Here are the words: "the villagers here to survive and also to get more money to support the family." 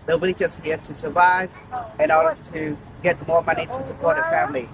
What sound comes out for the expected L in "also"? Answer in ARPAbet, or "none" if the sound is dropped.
none